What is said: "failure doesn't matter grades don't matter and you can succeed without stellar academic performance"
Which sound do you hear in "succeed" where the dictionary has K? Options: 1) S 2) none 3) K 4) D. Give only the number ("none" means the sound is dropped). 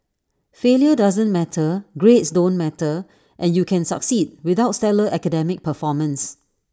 3